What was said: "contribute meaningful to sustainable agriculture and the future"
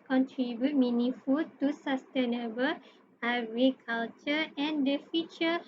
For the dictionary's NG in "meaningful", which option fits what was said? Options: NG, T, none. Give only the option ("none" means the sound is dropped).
none